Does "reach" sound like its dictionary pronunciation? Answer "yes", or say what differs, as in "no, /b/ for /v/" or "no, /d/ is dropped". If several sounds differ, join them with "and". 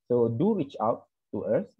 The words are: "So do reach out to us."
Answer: yes